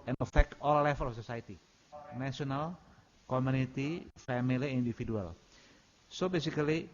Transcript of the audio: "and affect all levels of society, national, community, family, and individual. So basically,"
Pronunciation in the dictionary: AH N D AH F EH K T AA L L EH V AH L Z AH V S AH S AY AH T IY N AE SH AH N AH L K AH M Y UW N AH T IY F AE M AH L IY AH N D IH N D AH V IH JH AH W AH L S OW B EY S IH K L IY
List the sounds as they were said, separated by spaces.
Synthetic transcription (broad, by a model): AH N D AH F EH K T AA L L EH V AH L AH F S AH S AY AH T IY N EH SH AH N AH L K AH M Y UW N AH T IY F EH M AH L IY AH N D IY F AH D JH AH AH L S OW B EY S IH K L IY